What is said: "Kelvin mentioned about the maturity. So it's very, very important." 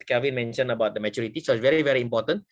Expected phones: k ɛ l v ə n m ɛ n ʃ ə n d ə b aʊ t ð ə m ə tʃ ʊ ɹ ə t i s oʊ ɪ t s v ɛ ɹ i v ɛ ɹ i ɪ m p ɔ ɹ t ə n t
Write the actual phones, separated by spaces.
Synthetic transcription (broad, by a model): k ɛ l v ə n m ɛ n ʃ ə n ə b aʊ t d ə m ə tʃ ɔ ɹ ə t i s oʊ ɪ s v ɛ ɹ i v ɛ ɹ i m p ɔ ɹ t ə n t